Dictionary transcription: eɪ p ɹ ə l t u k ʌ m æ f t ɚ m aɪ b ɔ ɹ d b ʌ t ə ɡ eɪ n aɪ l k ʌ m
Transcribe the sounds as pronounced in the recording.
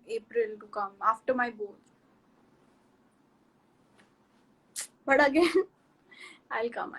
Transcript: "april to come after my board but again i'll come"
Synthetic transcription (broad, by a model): eɪ p ɹ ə l t u k ʌ m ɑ f t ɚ m aɪ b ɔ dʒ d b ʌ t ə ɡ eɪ aɪ l k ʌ m